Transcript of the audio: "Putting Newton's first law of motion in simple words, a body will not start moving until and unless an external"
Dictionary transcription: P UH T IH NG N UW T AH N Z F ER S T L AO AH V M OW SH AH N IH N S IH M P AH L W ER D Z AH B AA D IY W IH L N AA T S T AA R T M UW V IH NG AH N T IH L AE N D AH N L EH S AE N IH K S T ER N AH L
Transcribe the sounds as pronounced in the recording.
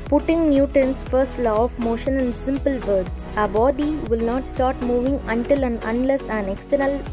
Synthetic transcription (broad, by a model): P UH T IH NG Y UW T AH N S F ER S T L AO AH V M OW SH AH N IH N S IH M P AH L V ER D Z AH B AA D IY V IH L N AA T S T AA R T M UW V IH NG AH N T IH L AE N AH N L EH S AE N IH K S T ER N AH L